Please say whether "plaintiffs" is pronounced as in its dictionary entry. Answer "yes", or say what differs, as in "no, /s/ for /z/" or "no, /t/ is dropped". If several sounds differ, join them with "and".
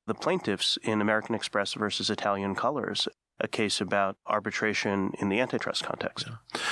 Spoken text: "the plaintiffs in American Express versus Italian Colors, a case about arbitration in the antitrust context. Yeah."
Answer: yes